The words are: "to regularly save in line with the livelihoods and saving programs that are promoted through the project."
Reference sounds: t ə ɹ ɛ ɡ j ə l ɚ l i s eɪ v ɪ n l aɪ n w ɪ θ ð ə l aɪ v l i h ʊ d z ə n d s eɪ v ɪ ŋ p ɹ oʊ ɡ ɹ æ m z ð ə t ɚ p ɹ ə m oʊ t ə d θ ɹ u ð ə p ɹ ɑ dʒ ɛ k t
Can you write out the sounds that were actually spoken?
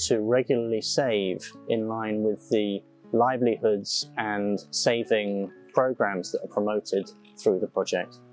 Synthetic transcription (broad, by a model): t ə ɹ ɛ ɡ j l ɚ l i s eɪ v ɪ n l aɪ n w ɪ ð ə l aɪ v l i h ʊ d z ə n s eɪ v ɪ ŋ p ɹ oʊ ɡ ɹ æ m z ð ə t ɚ p ɹ ə m oʊ t ə d θ ɹ u ð ə p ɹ ɑ dʒ ɛ k t